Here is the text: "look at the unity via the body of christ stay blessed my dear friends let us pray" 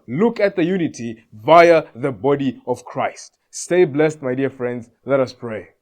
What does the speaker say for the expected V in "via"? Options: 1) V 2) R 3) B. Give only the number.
1